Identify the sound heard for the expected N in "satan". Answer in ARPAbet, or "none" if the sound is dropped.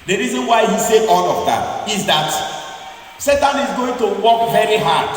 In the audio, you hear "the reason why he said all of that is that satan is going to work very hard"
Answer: N